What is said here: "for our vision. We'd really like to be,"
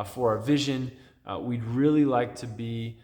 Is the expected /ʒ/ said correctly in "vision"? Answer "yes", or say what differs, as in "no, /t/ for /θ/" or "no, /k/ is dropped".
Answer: yes